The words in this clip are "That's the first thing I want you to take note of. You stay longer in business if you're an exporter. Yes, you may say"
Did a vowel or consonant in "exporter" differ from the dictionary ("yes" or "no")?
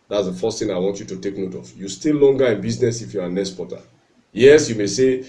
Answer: yes